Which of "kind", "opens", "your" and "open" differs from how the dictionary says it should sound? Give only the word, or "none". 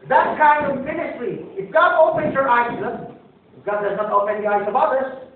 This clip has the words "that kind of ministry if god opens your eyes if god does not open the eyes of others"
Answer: opens